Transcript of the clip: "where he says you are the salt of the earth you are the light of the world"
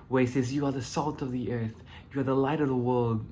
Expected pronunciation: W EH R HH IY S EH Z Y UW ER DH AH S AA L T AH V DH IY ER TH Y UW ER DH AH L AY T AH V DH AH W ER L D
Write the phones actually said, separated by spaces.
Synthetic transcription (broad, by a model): W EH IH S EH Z Y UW ER DH AH S AA L T AH V DH IY ER TH Y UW ER DH AH L AY T AH V DH AH W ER L D